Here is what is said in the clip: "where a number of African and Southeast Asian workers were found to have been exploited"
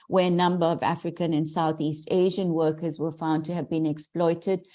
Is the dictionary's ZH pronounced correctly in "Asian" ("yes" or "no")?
yes